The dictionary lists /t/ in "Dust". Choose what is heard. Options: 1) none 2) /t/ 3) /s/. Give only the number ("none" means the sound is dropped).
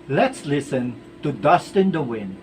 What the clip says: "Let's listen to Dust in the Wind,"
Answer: 2